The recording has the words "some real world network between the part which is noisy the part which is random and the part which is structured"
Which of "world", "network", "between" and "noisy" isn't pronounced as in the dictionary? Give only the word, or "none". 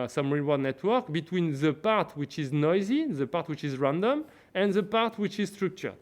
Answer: world